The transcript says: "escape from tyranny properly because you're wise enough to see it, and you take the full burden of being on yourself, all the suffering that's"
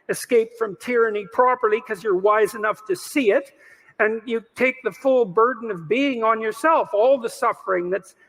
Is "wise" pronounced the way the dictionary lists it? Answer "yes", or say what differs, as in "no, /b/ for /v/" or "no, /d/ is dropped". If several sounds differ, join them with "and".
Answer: yes